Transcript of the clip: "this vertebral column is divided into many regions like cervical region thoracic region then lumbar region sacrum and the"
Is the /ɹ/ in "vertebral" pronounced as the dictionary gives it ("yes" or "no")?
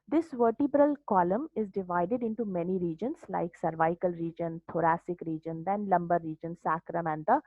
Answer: yes